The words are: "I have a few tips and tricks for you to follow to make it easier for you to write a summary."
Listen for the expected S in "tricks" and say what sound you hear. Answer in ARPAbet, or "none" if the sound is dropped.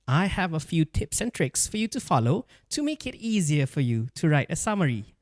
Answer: S